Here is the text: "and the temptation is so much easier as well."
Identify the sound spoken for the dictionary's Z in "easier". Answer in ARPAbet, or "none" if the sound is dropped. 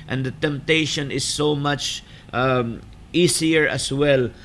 S